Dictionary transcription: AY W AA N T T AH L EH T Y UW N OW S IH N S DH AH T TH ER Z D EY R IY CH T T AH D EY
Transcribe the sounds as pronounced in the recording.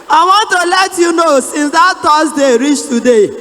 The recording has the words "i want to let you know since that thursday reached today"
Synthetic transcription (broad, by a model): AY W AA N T T AH L EH T Y UW N OW S IH N S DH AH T T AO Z D EY R IY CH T T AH D EY